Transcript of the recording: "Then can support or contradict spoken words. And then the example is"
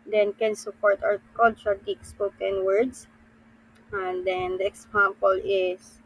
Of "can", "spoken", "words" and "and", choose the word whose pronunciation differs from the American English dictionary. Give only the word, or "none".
words